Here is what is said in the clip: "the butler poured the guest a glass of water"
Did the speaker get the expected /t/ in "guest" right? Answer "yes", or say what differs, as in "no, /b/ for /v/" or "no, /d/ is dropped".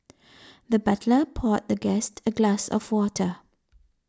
yes